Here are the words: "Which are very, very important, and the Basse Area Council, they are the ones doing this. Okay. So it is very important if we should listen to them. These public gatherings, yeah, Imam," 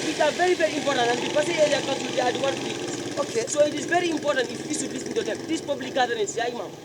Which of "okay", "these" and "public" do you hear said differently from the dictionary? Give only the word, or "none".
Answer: these